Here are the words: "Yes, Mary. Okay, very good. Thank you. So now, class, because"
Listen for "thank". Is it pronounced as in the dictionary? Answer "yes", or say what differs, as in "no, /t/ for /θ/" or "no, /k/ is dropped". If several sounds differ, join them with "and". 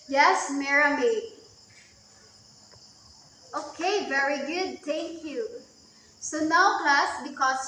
no, /t/ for /θ/